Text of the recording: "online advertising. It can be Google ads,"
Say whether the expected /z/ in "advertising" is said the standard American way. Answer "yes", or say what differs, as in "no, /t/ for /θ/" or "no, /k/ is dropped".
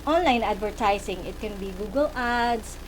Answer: no, /s/ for /z/